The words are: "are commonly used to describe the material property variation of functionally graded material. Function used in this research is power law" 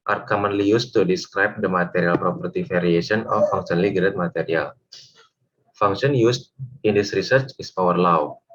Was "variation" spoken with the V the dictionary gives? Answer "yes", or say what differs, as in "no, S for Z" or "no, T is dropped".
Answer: no, F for V